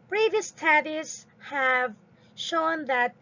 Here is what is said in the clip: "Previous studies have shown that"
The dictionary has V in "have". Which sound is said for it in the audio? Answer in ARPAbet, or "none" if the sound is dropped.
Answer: V